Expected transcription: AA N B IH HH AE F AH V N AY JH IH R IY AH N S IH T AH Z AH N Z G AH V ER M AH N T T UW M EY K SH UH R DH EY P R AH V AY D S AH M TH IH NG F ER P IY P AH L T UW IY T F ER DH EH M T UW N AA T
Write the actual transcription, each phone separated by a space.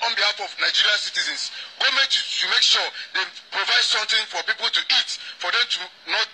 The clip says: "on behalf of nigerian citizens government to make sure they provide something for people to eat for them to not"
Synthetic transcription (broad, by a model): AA N B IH HH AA F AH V N AY JH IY R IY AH N S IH T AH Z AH N S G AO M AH T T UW M EY K SH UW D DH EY P R AH V AY D S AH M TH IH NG F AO P IY P AH L T UW IY T F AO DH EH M T UW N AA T